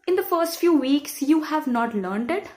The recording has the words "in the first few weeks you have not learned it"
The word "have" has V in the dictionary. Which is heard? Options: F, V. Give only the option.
V